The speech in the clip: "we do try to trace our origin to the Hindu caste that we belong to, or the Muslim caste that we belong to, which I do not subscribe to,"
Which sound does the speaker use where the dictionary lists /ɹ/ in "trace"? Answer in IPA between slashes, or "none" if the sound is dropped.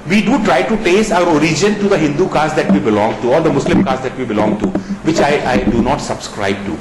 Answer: none